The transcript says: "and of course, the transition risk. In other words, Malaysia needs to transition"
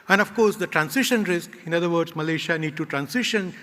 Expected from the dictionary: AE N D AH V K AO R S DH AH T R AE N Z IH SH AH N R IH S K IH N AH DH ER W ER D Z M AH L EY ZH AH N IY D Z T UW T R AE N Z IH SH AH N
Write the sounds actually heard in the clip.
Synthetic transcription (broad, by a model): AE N D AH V K AO R S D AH T R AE N S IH SH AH N R IH S K IH N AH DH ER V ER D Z M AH L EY SH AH N IY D T UW T R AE N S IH SH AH N